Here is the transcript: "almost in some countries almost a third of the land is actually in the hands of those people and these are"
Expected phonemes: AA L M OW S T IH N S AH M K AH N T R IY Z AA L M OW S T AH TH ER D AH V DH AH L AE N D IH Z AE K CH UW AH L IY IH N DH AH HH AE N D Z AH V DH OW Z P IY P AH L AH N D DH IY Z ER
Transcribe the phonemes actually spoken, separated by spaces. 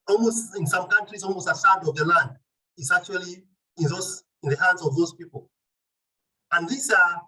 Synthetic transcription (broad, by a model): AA L M OW S T IH N S AH M K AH N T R IY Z AA L M OW S T AH S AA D AH V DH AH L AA N D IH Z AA K CH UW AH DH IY IH N DH AH HH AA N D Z AH V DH OW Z P IY P AH L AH N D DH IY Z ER